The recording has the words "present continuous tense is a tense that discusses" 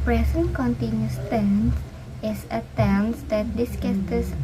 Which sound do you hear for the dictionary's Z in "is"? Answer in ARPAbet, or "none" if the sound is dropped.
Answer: S